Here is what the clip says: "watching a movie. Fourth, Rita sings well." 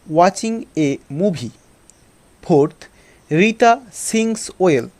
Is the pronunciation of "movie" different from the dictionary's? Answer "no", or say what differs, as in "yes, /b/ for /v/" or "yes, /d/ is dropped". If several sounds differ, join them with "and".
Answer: yes, /b/ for /v/